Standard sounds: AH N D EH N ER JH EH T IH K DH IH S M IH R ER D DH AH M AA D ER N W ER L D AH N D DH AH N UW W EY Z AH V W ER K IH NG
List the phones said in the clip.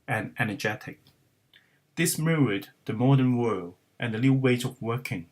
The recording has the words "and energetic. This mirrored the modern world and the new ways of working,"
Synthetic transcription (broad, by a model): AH N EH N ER JH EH T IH K DH IH S M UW ER D DH AH M AA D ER N W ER L D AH N DH AH L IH W EY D AH V W ER K IH NG